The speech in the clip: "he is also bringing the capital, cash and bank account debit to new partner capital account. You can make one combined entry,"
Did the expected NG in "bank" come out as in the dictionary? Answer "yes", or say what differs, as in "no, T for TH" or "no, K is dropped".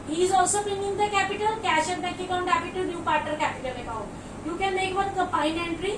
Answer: no, NG is dropped